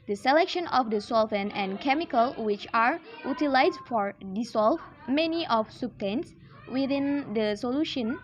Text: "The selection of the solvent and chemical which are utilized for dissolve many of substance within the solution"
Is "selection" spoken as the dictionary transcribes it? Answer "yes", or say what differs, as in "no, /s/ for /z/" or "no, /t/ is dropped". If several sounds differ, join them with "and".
yes